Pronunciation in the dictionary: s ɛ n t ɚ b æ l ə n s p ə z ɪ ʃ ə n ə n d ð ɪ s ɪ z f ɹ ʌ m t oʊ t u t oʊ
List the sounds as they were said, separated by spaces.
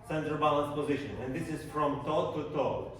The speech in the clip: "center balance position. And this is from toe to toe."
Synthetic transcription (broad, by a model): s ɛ n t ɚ b æ l ə n s p ə z ɪ ʃ ə n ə n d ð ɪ s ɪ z f ɹ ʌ m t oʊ t u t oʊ